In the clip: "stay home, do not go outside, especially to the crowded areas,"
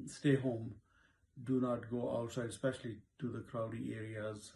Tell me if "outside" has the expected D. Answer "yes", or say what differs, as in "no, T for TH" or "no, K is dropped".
no, D is dropped